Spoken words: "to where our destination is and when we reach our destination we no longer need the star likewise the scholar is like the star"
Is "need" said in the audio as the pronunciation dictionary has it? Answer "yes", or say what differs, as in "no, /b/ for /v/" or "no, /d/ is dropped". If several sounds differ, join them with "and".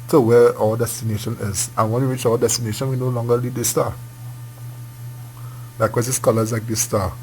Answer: no, /l/ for /n/